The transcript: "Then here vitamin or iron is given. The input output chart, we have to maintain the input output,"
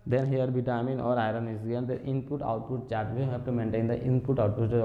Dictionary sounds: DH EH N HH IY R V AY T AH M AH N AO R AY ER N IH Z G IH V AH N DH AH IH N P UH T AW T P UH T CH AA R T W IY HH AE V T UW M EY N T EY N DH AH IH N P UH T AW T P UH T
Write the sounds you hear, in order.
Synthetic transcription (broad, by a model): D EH N HH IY R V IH T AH M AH N AO R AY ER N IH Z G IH AH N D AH IH N P UH T AW T P UH T CH AA R T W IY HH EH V T UW M EY N T EY N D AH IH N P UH T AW T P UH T